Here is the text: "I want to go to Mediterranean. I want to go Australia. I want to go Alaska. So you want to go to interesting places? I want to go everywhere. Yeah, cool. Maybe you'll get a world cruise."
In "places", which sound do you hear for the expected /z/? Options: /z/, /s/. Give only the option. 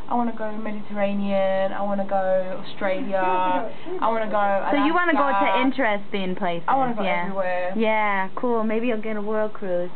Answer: /s/